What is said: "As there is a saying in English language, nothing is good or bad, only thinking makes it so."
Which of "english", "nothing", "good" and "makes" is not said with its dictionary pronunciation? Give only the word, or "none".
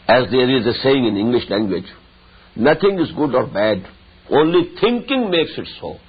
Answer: nothing